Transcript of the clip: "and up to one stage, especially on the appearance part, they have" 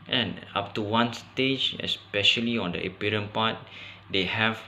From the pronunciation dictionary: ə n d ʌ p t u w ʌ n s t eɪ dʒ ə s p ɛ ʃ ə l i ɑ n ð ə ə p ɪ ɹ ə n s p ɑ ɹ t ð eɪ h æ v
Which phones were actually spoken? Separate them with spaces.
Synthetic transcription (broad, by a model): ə n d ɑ p t u w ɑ n s t eɪ dʒ ə s p ɛ ʃ ə l i ɑ n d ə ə p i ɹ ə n p ɑ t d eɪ h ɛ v